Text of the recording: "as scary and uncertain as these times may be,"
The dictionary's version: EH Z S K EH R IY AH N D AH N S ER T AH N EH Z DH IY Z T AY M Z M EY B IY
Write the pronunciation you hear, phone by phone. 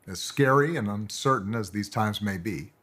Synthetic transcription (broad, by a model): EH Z S K EH R IY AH N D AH N S ER T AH N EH Z DH IY Z T AY M Z M EY B IY